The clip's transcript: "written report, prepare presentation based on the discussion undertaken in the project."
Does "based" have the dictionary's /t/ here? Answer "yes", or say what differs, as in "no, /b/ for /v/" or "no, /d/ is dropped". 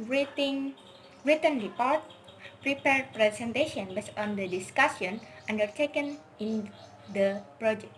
no, /t/ is dropped